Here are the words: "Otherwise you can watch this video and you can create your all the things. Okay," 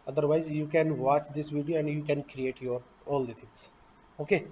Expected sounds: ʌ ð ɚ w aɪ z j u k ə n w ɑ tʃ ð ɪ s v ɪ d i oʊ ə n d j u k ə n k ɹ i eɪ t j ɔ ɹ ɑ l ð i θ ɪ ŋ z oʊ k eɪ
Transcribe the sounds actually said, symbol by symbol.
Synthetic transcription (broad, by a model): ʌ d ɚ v aɪ z j u k ə n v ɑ tʃ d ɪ s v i d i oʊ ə n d j u k ə n k ɹ i eɪ t j ɔ ɹ ɑ l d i t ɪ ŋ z oʊ k eɪ